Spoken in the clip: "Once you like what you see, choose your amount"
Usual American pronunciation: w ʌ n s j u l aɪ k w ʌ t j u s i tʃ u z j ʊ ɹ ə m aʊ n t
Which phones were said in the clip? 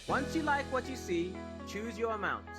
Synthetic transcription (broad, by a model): w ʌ n s j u l aɪ k w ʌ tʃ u s i tʃ u z j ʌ ɹ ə m aʊ n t